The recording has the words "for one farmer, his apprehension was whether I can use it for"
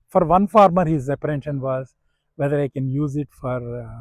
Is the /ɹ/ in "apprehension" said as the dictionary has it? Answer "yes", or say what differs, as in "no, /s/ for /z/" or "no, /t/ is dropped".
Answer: no, /ɹ/ is dropped